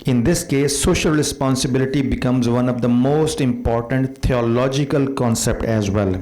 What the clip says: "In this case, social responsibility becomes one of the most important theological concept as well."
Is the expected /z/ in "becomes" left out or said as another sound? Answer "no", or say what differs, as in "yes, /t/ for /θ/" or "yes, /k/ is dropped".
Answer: no